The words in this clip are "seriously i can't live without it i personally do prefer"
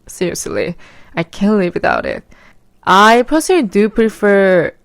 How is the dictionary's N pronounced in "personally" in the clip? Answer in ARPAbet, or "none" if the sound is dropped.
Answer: none